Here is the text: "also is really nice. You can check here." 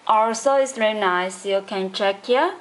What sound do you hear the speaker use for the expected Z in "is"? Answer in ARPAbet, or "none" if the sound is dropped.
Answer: S